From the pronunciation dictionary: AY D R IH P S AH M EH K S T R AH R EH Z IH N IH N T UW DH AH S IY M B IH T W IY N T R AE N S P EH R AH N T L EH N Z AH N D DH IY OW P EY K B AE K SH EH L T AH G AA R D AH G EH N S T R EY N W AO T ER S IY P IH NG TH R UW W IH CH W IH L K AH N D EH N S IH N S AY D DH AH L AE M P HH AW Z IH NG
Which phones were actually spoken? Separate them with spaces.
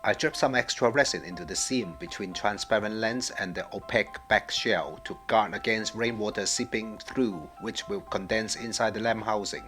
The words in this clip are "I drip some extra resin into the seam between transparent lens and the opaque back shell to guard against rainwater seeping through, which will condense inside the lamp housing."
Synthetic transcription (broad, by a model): AY D R IH P S AH M EH K S T R AH R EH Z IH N IH N T UW DH AH S IY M B IH T W IY N T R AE N S P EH R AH N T L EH N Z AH N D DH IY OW P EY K B AE K SH EH L T AH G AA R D AH G EH N S T R EY N W AO T ER S IY P IH NG TH R UW W IH CH W IH L K AH N D EH N S IH N S AY D DH AH L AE M HH AW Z IH NG